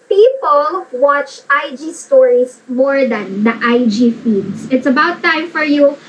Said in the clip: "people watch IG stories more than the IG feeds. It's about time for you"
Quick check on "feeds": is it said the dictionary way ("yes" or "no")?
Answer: no